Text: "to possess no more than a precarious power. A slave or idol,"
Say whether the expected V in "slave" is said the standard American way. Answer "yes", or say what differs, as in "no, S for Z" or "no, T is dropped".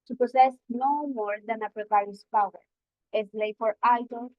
no, F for V